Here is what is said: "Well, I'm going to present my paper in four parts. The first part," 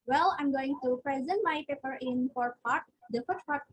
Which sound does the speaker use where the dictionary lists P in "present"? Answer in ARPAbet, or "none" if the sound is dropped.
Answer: P